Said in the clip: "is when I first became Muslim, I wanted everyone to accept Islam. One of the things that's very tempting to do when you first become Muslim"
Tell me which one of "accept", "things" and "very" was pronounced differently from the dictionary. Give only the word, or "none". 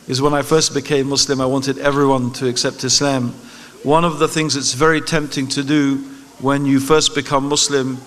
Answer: none